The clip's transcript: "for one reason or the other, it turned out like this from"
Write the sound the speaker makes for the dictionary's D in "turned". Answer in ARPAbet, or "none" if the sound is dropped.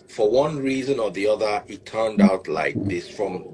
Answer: D